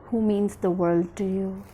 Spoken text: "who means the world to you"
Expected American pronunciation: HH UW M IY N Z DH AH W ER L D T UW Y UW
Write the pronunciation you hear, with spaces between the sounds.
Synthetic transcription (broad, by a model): HH UW M IY N Z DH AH W ER L D T UW Y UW